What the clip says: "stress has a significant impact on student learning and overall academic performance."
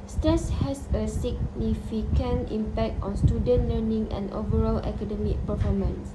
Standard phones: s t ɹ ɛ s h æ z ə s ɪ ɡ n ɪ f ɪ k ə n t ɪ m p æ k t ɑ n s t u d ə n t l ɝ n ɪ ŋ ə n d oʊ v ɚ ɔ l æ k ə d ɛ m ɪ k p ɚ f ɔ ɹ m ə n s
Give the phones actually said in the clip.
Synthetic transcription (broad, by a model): s t ɹ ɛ s h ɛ s ə s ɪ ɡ n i f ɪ k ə n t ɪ m p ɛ k t ɑ n s t u d ə n t l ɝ n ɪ ŋ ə n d oʊ v ɚ ɔ l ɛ k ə d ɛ m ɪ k p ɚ f ɔ m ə n s